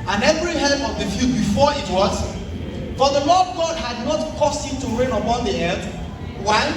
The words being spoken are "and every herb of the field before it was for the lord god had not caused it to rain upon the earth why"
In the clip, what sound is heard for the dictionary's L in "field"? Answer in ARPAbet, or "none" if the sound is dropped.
none